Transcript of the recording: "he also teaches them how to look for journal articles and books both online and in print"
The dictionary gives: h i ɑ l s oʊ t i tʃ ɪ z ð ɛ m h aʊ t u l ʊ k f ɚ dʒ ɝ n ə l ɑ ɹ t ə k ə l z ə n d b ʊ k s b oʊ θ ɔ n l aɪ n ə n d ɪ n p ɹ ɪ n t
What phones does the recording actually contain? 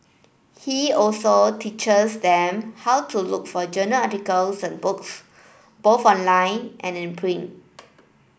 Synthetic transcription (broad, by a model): h i ɑ l s oʊ t i tʃ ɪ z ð ɛ m h aʊ t u l ʊ k f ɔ dʒ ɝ n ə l ɑ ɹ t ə k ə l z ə n b ʊ k s b oʊ θ ɔ n l aɪ n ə n ɪ n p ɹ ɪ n